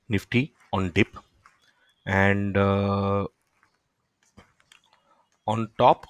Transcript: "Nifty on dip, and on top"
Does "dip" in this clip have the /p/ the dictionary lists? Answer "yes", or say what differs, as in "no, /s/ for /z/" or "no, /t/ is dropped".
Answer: yes